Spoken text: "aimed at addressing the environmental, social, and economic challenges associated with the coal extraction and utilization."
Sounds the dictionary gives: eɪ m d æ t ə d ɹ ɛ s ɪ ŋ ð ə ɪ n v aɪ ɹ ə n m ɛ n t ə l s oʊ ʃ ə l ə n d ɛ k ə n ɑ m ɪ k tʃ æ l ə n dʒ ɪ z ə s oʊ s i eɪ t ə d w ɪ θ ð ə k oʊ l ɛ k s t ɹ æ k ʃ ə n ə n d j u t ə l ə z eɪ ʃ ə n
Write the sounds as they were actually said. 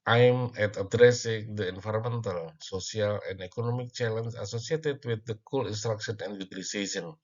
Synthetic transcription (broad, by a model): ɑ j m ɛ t ə d ɹ ɛ s ɪ ŋ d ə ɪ n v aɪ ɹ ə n m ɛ n t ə l s oʊ s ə l ə n d ɛ k ə n ɑ m ɪ k tʃ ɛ l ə n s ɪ s oʊ s i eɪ t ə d w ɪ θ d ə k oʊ l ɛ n s t ɹ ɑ k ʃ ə n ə n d j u t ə l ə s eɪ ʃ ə n